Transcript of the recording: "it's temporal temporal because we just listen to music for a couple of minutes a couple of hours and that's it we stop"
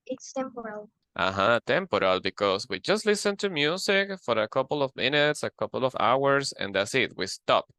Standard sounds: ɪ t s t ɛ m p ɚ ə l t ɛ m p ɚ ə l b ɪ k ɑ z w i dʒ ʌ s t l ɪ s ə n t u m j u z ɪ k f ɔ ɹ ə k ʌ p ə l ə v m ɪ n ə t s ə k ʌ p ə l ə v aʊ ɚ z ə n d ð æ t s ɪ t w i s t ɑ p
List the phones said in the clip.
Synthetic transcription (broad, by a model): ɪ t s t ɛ m p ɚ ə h t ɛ m p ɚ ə l b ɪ k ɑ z w i dʒ ʌ s t l ɪ s ə n t u m j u s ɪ k f ɔ ɹ ə k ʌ p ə l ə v m ɪ n ə t s ə k ʌ p ə l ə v aʊ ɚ s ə n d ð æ t s ɪ t w i s t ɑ p